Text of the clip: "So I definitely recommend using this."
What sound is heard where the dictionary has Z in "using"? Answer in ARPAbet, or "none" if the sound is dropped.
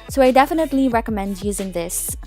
Z